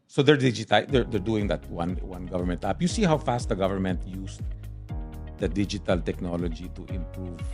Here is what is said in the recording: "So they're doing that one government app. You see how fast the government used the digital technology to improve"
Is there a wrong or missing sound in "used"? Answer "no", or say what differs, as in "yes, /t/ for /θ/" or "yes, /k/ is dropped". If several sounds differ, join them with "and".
yes, /s/ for /z/